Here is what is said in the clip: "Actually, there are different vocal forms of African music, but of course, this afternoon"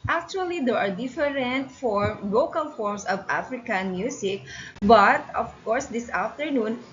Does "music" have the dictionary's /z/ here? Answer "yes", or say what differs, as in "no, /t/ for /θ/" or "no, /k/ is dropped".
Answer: no, /s/ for /z/